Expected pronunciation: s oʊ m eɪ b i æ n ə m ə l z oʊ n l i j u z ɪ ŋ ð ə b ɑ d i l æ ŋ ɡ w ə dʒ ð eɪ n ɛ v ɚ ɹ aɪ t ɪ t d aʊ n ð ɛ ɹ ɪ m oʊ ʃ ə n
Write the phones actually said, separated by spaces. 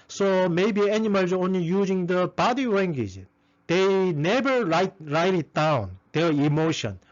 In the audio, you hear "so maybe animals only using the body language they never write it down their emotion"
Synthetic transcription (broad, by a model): s oʊ m eɪ b i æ n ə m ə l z oʊ n l i j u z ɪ ŋ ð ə b ɑ d i w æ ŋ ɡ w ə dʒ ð eɪ n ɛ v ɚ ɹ aɪ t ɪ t d aʊ n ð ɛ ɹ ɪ m oʊ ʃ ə n